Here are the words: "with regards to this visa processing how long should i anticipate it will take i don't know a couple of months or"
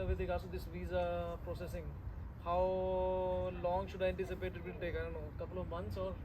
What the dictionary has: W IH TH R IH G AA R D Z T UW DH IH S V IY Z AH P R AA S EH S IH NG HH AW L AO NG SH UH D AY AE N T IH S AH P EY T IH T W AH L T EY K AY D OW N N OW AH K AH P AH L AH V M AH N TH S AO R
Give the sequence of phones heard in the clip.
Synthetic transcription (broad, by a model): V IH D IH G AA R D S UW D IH S V IY Z AH P R AA S EH S IH NG HH AW L AO NG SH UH D AY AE N T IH S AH P EY T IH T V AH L T EY K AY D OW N N OW K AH P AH L AH V M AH N T S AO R